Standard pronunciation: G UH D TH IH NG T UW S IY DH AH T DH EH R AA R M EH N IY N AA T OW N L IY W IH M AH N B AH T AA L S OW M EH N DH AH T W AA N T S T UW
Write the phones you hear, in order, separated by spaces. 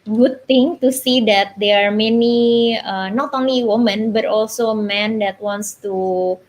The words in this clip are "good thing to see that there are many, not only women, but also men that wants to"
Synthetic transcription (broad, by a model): G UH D T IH NG T UW S IY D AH T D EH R AA R M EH N IY N AA T OW N L IY W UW M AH N B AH T AA L S OW M EH N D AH T W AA N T S T UW